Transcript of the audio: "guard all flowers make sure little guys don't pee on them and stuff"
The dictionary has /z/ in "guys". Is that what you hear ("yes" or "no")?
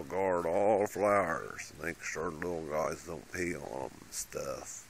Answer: yes